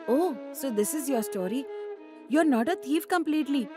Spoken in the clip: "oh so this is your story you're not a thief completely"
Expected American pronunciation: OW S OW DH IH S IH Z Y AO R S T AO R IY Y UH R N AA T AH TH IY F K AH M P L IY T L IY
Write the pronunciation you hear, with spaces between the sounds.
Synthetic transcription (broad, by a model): OW S OW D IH S IH Z Y AO R S T AO R IY Y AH R N AA T AH T IY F K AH M P L IY T L IY